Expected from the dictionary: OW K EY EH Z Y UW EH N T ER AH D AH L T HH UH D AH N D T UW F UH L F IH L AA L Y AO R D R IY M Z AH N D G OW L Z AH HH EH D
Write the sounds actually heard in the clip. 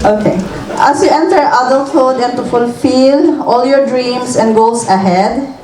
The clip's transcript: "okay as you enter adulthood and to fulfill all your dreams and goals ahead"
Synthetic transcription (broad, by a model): OW K EY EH S Y UW EH N T ER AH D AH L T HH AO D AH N T UW F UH L F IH L AA L Y AO R D R IY M S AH N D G OW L S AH HH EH D